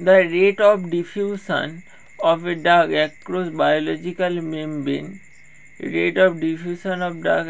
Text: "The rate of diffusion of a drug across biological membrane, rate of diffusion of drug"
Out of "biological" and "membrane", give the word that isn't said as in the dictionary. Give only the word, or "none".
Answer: membrane